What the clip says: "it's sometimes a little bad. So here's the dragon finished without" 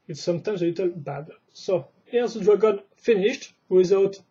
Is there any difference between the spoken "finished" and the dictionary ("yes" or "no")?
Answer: no